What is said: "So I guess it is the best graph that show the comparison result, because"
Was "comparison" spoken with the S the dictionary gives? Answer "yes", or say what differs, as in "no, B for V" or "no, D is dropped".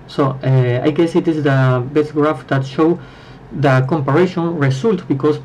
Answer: no, SH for S